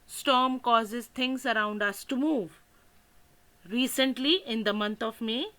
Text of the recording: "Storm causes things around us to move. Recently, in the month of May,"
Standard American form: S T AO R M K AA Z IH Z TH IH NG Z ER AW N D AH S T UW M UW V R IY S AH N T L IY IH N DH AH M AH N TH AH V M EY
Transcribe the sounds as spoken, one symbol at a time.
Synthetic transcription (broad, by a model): S T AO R M K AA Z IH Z T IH NG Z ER AW N D AH S T UW M UW V R IY S AH N T L IY IH N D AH M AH N T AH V M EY